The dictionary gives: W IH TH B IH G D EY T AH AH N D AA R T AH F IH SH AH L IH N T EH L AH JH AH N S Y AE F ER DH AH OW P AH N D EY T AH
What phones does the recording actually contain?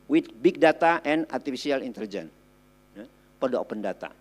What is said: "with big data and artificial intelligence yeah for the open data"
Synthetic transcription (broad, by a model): W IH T B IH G D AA T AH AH N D AA R T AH F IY S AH L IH N T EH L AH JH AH N Y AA P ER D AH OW P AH N D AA T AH